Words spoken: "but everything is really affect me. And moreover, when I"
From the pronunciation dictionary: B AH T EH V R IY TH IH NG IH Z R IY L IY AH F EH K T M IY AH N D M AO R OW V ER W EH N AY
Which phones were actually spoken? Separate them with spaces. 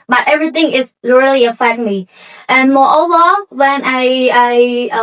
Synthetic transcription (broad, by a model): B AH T EH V R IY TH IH NG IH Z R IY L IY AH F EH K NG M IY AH N M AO OW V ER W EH N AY